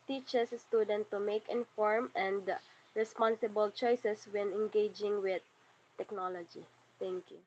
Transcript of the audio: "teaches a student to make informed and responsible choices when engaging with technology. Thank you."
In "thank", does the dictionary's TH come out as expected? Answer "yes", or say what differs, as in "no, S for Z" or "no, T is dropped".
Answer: no, T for TH